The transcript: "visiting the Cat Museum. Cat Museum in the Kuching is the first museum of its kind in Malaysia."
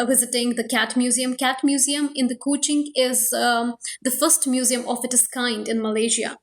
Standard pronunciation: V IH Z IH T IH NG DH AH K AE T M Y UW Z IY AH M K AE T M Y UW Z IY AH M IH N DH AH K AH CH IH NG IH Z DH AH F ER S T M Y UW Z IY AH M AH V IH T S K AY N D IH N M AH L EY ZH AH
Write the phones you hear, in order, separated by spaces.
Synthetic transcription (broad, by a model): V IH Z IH T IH NG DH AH K AE T M Y UW Z IY AH M K AE T M Y UW Z IY AH M IH N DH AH K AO CH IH NG IH Z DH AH F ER S T M Y UW Z IY AH M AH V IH T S K AY N D IH N M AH L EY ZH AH